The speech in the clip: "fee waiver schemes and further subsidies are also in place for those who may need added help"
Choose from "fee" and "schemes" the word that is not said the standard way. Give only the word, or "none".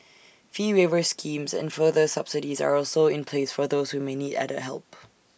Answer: none